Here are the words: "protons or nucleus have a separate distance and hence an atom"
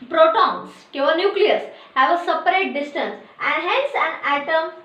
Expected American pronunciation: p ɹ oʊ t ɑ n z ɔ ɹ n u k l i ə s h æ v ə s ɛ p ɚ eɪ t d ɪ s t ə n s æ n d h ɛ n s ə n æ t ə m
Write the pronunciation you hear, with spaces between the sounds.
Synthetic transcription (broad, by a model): p ɹ oʊ t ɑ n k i w n u k l i ə s h æ v ə s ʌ p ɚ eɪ t d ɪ s t ə n s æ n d h ɛ n s ə n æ t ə m